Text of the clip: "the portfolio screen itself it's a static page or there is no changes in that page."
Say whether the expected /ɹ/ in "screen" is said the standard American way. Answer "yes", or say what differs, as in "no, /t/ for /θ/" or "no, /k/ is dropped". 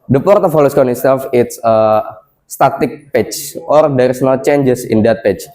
no, /ɹ/ is dropped